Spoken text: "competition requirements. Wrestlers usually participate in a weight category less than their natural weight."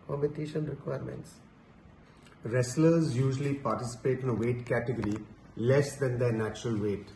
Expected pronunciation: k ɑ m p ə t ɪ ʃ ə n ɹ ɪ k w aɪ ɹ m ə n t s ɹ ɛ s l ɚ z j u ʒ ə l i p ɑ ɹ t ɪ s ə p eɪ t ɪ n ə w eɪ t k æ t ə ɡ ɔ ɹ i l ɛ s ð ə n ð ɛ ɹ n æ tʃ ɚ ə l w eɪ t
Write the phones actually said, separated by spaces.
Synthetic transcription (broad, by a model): k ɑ m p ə t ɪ ʃ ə n ɹ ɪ k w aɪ ɹ m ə n t s ɹ ɛ s l ɚ z j u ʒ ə l i p ɑ ɹ t ɪ s ə p eɪ t ɪ n ə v eɪ t k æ t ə ɡ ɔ ɹ i l ɛ s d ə n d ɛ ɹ n æ tʃ ɚ ə l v eɪ t